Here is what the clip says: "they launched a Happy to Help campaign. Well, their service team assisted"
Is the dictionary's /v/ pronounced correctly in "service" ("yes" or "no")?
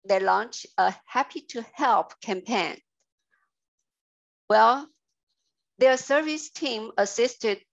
yes